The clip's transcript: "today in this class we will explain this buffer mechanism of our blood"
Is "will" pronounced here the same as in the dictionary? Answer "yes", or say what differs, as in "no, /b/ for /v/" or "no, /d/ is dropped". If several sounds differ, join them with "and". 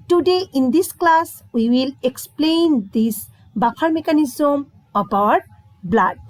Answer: yes